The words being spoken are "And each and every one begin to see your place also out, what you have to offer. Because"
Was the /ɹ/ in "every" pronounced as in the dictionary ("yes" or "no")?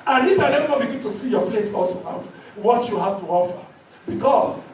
no